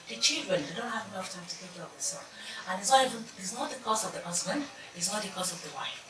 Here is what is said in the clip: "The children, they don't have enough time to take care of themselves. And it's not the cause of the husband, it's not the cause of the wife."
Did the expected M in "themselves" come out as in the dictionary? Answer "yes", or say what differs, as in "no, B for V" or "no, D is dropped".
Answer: no, M is dropped